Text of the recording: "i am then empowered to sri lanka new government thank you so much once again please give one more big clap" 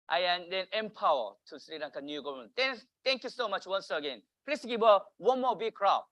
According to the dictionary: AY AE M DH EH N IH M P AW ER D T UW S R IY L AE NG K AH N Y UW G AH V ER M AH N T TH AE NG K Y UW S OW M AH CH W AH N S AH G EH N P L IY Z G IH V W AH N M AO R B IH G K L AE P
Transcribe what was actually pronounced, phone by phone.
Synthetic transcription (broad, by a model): AY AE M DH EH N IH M P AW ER T UW S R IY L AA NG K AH N Y UW G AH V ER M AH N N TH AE NG K Y UW S OW M AH CH W AH N S AH G EH N P L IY S G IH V W AH N M AO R B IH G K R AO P